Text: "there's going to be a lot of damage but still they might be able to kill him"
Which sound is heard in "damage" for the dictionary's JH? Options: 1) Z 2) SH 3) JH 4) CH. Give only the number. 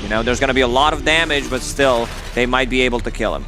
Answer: 3